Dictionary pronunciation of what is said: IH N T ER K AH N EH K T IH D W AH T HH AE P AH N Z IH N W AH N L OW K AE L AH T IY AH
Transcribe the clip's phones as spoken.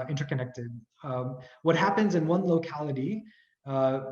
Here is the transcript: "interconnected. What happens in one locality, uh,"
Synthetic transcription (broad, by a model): IH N T ER K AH N EH K T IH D W AH T HH AE P AH N Z IH N W AH N L OW K AE L AH T IY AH